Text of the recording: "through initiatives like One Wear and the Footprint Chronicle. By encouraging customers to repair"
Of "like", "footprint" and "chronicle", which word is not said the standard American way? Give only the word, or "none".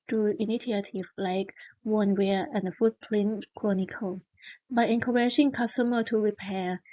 footprint